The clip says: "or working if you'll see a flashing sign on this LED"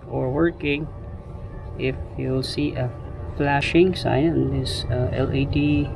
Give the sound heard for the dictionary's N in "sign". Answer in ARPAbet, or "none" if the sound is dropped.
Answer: none